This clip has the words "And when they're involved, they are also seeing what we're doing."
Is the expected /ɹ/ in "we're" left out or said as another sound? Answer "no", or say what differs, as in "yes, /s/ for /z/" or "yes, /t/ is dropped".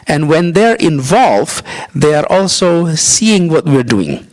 no